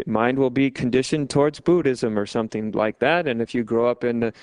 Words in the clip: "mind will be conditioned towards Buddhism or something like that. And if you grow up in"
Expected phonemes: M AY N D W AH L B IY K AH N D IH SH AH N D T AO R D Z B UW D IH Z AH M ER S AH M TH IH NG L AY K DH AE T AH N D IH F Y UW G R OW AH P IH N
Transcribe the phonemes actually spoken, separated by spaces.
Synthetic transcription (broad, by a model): M AY N D W AH L B IY K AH N D IH SH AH N T AO R D Z B UW D IH Z AH M ER S AH M TH IH NG L AY K DH AE T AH N IH F Y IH G R OW AH P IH N